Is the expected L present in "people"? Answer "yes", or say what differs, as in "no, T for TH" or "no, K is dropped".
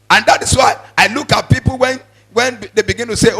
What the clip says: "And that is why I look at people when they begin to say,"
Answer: no, N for L